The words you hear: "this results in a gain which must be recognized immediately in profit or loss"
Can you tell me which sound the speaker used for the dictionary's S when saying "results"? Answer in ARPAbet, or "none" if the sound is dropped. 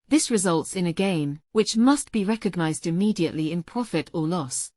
S